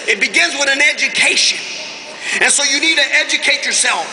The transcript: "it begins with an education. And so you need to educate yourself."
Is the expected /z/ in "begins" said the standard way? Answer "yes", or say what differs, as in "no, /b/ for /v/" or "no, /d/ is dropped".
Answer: yes